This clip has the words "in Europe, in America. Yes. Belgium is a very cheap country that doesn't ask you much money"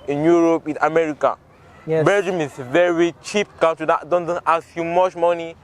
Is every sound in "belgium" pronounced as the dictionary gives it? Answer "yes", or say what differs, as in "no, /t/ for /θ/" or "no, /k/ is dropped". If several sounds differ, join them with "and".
no, /l/ is dropped